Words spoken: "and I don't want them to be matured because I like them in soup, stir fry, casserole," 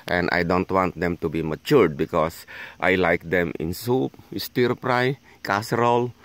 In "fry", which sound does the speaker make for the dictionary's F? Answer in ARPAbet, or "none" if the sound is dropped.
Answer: P